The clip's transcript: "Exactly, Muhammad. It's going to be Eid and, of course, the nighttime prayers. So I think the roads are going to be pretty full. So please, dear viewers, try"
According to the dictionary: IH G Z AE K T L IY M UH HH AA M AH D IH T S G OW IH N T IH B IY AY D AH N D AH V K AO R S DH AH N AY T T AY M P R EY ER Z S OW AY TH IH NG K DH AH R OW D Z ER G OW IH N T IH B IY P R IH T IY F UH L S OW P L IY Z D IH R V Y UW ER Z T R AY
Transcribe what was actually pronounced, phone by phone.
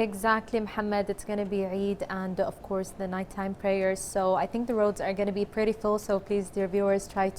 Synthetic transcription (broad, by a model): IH G Z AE K T L IY M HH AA M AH D IH T S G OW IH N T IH B IY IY D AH N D AH V K AO R S DH AH N AY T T AY M P R EY ER Z S OW AY TH IH NG K DH AH R OW D Z ER G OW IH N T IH B IY P R IH T IY F UH L S OW P L IY Z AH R V Y UW ER Z T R AY